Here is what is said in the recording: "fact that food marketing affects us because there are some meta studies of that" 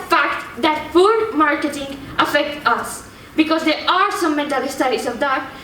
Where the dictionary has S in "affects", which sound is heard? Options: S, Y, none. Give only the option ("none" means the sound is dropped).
none